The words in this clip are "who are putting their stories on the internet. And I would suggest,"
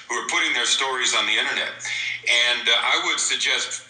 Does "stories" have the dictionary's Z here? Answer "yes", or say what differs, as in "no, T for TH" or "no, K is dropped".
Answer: yes